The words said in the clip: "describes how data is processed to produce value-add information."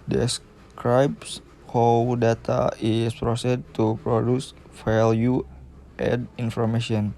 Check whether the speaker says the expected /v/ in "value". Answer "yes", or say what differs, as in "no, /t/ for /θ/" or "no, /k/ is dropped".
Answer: no, /f/ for /v/